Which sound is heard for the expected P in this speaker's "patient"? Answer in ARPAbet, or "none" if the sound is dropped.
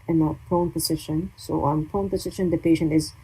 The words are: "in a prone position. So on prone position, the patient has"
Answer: P